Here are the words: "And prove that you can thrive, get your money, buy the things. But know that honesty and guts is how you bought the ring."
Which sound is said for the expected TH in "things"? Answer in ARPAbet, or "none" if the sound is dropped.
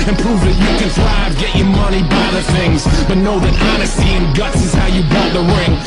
TH